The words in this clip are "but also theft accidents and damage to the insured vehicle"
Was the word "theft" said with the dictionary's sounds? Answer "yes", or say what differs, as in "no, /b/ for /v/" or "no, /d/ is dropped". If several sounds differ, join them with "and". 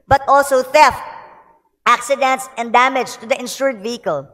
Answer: yes